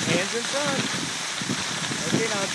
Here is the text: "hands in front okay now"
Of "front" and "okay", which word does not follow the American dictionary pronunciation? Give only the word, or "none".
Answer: front